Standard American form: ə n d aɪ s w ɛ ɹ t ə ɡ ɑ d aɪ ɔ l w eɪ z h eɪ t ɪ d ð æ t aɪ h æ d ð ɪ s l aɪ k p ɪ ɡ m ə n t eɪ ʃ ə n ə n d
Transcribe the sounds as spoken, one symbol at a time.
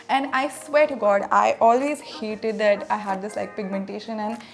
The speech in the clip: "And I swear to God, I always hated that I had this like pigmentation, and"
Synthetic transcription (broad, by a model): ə n d aɪ s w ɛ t ɡ ɑ d aɪ ɔ l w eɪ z h eɪ t ɪ d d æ t aɪ h æ d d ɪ s l aɪ k p ɪ ɡ m ə n t eɪ ʃ ə n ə n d